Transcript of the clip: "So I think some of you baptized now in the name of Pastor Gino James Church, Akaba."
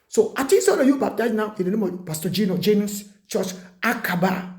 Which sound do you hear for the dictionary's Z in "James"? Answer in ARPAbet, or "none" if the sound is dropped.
S